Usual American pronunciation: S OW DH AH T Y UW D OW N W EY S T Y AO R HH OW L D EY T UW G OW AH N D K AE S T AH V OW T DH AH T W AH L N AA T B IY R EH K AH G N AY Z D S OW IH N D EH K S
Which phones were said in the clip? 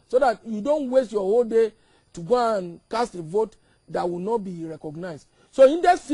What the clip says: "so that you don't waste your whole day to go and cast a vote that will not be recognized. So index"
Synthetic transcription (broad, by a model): S OW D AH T Y UW D OW N W EY S T Y AO HH OW L D EY T UW G OW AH N K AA S T AH V OW T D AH T W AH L N AA T B IY R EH K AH G N AY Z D S OW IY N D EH S